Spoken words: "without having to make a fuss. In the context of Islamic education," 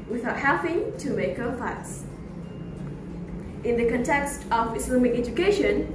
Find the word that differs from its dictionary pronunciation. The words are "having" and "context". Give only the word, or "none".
having